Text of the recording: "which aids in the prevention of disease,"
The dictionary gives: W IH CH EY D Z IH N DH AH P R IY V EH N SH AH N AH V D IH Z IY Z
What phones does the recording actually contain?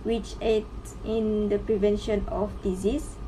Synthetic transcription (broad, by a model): W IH CH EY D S IH N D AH P R IY V EH N SH AH N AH F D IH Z IY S